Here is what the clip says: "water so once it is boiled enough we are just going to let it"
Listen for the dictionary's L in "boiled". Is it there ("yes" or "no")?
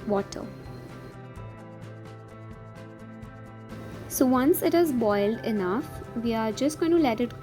yes